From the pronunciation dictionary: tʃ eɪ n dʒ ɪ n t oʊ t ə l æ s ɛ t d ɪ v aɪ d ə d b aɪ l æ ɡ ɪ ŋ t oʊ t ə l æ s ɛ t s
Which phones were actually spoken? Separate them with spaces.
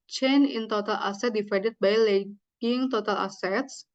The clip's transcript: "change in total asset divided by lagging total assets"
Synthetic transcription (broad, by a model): tʃ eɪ n ɪ n t oʊ t ə l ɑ s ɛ t d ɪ f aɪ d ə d b aɪ l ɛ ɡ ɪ ŋ t oʊ t ə l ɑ s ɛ t s